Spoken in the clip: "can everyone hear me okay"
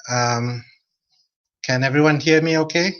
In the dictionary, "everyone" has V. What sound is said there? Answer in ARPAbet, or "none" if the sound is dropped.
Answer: V